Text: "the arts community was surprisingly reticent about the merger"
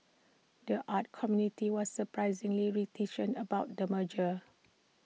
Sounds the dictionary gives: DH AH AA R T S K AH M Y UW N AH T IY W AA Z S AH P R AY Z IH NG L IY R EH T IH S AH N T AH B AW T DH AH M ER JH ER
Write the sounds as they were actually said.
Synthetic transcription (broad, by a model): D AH AA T K AH M Y UW N AH T IY W AA S AH P R AY Z IH NG L IY R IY T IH SH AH N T AH B AW T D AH M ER JH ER